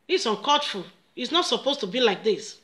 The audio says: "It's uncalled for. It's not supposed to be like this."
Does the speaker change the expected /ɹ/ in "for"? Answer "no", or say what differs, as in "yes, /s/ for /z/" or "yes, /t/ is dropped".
yes, /l/ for /ɹ/